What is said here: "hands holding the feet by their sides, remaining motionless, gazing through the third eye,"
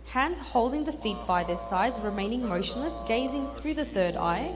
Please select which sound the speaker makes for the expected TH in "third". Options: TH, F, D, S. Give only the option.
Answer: TH